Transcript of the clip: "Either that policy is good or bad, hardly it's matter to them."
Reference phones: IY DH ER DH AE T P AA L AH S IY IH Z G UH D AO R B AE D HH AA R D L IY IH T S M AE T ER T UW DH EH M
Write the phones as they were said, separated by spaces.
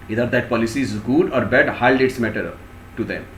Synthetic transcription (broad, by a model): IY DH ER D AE T P AA L AH S IY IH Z G UH D AO R B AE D HH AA L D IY IH T S M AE T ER T UW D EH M